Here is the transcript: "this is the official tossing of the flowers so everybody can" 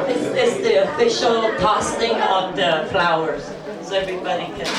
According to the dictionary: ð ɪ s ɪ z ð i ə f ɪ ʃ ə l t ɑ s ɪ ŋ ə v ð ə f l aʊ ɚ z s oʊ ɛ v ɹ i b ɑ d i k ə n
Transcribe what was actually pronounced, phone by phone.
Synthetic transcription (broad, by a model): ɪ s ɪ s ð i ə f ɪ ʃ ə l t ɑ s ɪ ŋ ə v ð ə f l aʊ ɚ z s oʊ ɛ v ɹ i b ɑ d i k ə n